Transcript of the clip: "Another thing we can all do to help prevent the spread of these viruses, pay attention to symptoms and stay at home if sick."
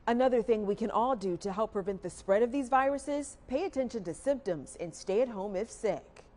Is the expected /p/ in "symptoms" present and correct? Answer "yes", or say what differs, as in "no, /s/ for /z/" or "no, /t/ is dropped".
yes